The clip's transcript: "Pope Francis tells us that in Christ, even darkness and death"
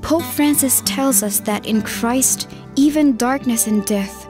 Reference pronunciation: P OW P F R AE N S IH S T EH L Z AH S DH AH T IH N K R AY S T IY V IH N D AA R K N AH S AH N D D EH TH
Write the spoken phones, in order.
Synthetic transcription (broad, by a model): P OW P F R AE N S IH S T EH L Z AH S DH AH T IH N K R AY S T IY V IH N D AA R K N AH S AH N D D EH TH